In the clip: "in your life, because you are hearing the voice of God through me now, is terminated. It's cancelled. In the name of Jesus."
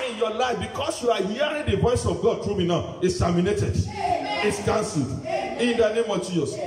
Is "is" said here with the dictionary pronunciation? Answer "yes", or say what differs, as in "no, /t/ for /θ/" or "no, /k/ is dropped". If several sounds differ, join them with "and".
no, /s/ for /z/